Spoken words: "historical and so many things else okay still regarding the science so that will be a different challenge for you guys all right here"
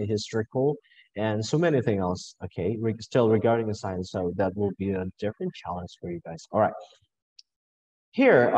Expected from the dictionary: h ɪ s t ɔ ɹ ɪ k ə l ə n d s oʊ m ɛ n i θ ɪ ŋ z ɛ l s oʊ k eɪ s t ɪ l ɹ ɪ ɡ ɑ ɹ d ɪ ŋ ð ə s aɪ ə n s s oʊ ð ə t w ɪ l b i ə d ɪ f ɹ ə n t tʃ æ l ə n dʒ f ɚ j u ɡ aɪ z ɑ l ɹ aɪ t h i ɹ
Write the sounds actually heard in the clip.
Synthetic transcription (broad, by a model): h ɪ s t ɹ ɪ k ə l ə n s oʊ m ɛ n i θ ɪ ŋ ɛ l s oʊ k eɪ s t ɪ l ɹ ɪ ɡ ɑ ɹ d ɪ ŋ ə s aɪ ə n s s oʊ ð ə t w ɪ l b i ə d ɪ f ɹ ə n tʃ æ l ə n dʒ f ɚ j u ɡ aɪ z ɑ l ɹ aɪ t h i ɹ